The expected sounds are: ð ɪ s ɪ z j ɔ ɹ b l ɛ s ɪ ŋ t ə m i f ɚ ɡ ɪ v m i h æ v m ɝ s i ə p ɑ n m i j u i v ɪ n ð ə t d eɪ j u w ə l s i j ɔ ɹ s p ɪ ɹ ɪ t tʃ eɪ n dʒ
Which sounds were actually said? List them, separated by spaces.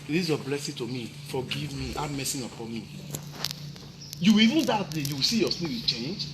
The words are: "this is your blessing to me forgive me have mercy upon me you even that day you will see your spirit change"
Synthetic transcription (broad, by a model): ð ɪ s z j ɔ b l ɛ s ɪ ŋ t ə m i f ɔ ɡ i v m i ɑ m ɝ s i ə p ɑ n m i j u i v ɪ n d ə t d eɪ j u w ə s i j ɔ s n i w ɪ tʃ eɪ n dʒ